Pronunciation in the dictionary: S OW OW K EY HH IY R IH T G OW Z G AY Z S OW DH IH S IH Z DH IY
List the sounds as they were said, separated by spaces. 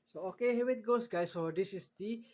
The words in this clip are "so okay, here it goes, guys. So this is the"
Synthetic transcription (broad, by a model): S OW OW K EY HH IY W IH T G OW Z G AY S OW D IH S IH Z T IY